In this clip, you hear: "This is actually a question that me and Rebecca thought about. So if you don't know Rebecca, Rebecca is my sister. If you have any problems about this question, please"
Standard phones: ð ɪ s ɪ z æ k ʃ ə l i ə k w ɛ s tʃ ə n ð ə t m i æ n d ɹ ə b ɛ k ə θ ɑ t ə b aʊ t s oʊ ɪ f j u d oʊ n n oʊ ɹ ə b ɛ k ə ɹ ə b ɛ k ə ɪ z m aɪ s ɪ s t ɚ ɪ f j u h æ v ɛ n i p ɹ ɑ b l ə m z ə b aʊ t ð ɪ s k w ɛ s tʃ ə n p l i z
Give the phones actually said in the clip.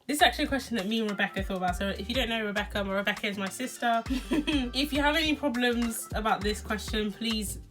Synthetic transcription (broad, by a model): ð ɪ s ɪ z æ k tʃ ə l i ə k w ɛ s tʃ ə n ð ə t m i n ɹ ə b ɛ k ə θ ɑ t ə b aʊ t s oʊ ɪ f j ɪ d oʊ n n oʊ ɹ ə b ɛ k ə ɹ ə b ɛ k ə ɪ z m aɪ s ɪ s t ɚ ɪ f j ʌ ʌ v ɛ n i p ɹ ɑ b l ə m z ə b aʊ t ð ɪ s k w ɛ s tʃ ə n p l i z